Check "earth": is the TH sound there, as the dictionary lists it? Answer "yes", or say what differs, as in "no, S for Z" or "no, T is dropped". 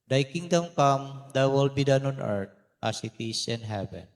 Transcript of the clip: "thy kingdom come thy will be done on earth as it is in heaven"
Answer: no, T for TH